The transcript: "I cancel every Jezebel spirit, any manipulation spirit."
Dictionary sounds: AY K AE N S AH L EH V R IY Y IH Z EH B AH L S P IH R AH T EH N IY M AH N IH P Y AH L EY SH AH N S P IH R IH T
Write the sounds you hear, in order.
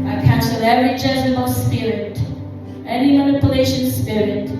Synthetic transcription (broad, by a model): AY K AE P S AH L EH R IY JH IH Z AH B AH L S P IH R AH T EH N IY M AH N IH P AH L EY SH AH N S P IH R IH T